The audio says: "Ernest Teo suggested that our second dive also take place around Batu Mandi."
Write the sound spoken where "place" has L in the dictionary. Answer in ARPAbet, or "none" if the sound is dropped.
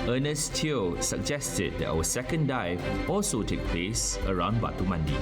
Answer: L